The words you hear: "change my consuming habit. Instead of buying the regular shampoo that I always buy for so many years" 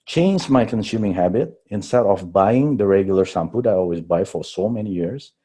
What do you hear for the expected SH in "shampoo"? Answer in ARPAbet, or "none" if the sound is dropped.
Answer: S